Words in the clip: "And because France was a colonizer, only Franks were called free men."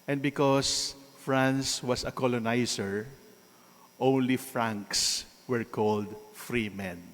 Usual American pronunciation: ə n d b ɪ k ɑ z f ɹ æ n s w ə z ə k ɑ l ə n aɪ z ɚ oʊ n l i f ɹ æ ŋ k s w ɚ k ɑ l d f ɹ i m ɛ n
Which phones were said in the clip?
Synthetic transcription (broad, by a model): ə n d b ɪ k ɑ s f ɹ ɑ n s w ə s ə k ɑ l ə n aɪ s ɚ oʊ n l i f ɹ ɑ ŋ k s w ɚ k ɑ l d f ɹ i m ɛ n